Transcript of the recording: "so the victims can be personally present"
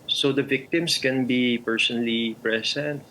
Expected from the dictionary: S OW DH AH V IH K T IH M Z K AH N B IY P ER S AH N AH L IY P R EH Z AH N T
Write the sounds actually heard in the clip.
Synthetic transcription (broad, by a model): S OW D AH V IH K T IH M S K AH N B IY P ER S AH N AH L IY P R EH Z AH N T